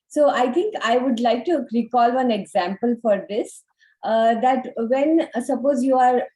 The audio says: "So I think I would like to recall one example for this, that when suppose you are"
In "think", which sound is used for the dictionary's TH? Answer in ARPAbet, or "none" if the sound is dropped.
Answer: T